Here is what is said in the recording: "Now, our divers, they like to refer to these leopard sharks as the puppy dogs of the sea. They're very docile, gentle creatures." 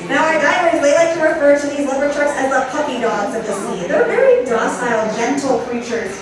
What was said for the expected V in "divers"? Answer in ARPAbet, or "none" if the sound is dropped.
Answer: none